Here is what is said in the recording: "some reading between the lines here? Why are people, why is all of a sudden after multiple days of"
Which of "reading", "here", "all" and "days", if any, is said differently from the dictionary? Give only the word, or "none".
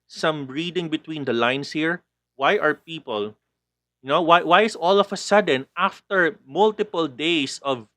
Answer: days